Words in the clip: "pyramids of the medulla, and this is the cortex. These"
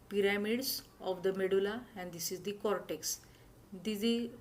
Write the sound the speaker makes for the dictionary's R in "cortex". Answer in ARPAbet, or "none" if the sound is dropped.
R